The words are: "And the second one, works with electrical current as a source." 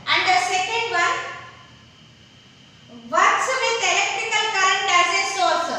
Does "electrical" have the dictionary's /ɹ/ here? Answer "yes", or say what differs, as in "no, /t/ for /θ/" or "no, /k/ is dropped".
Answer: no, /ɹ/ is dropped